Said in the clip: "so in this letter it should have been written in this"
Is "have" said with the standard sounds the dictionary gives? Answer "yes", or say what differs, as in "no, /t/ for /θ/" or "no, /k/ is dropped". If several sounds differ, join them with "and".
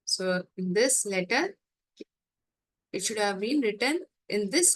yes